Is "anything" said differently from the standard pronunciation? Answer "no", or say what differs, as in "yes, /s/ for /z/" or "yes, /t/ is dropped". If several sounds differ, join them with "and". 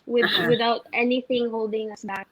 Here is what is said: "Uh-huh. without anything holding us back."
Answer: no